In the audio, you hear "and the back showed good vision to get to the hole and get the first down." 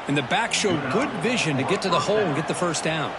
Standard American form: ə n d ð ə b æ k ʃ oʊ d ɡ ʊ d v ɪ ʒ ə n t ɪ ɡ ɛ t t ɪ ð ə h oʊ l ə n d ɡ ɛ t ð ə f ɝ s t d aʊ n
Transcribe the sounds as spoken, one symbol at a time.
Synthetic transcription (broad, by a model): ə n ð ə b æ k ʃ oʊ d ɡ ʊ d v ɪ ʒ ə n t ɪ ɡ ɛ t t ɪ ð ə h oʊ l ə n ɡ ɛ t ð ə f ɝ s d aʊ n